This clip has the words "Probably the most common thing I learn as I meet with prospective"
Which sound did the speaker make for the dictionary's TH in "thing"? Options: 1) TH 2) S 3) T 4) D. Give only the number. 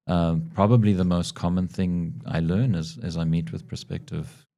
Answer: 1